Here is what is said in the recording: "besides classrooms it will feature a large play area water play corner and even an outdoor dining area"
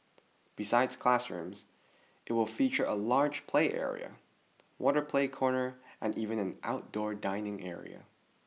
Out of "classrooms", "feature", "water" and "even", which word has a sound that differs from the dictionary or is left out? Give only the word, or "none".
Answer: none